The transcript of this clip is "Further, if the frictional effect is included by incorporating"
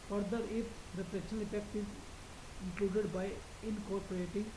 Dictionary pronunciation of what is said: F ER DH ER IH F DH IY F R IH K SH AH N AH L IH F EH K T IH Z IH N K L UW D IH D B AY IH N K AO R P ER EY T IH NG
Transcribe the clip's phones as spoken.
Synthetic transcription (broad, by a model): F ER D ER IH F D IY P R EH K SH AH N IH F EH K T IH Z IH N K L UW D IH D B AY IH N K AO R P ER EY T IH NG